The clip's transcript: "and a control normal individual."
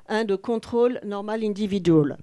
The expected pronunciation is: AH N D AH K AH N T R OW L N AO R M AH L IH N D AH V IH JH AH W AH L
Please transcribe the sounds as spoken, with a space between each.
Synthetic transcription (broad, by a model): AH D AH K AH T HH OW L N AO R M AH L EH D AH V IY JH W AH L